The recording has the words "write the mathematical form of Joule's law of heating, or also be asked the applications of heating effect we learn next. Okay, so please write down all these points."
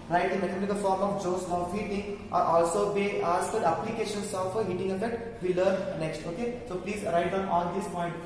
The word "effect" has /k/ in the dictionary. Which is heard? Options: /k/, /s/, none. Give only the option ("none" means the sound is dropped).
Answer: none